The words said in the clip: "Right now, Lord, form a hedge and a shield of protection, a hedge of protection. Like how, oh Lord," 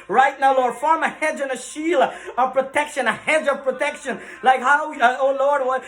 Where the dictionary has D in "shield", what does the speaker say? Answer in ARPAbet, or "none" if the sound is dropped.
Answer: none